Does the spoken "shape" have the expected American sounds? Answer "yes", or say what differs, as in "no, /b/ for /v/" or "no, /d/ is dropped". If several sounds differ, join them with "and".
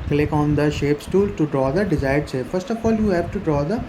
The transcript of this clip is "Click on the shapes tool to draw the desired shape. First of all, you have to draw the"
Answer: no, /s/ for /ʃ/